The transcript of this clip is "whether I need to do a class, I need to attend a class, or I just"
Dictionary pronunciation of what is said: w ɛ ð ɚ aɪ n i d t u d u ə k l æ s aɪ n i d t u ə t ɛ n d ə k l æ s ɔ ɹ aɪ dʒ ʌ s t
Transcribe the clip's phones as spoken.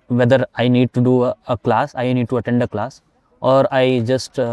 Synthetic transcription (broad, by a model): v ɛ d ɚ aɪ n i d t u d u ə k l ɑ s aɪ n i d t u ə t ɛ n d ə k l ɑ s ɔ ɹ aɪ dʒ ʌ s t